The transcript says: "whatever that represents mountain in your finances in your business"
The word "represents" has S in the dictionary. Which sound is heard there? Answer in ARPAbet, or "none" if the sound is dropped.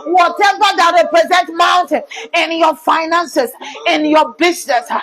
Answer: none